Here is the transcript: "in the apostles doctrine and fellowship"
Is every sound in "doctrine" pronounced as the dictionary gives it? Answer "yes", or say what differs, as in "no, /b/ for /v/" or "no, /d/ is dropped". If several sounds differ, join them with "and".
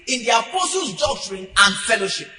yes